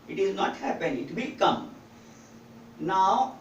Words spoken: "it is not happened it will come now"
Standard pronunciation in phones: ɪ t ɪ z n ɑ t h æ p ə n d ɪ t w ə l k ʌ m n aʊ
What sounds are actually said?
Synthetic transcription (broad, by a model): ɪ t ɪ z n ɑ t h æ p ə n ɪ t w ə k ʌ m n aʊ